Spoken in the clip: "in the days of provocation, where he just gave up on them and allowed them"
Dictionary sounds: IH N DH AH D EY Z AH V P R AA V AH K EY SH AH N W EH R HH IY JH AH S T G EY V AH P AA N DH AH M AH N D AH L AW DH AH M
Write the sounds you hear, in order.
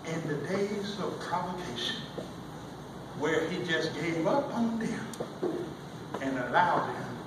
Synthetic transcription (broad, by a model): IH N DH AH D EY Z AH V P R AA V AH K EY SH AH N W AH R IY JH AH S G EY V AH P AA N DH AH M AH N AH L AW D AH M